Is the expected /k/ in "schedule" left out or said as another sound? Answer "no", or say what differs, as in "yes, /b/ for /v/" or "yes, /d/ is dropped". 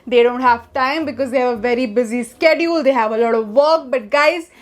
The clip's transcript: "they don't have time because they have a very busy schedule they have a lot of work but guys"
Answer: no